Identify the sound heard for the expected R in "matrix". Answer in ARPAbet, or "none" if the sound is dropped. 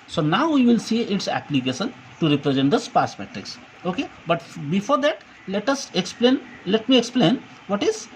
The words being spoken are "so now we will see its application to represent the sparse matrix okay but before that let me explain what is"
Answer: R